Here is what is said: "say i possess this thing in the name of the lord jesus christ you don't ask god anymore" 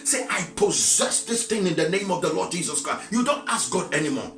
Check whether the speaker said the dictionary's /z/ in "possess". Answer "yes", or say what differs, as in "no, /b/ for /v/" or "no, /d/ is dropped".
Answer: yes